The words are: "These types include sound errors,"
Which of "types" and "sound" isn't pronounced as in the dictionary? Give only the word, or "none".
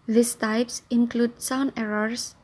sound